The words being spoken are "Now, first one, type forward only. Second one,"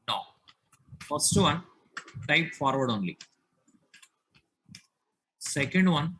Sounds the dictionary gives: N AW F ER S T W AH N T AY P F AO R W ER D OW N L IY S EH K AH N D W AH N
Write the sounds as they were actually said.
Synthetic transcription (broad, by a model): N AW F ER S T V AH N T AY P F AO R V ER D OW N L IY S EH K AH N D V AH N